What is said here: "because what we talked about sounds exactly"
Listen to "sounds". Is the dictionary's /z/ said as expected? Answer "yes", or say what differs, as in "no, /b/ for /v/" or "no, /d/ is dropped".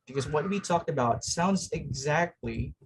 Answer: yes